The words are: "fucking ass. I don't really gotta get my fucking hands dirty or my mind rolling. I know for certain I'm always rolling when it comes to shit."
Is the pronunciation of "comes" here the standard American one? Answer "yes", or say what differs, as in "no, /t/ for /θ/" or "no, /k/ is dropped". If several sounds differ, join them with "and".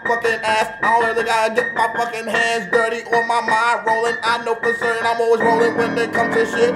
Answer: no, /z/ is dropped